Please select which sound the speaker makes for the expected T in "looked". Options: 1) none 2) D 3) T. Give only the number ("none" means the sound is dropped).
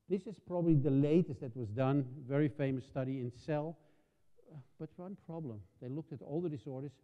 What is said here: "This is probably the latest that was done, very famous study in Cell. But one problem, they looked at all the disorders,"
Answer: 3